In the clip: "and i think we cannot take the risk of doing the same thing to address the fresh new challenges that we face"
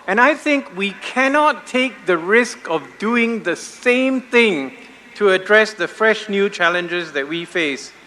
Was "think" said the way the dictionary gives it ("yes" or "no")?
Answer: yes